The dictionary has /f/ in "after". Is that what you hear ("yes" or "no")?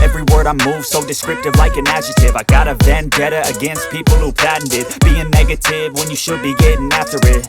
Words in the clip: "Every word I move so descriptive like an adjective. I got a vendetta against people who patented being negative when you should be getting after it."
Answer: yes